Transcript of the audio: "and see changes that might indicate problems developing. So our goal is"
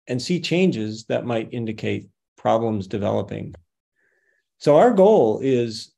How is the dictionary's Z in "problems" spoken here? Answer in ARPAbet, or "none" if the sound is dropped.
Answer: Z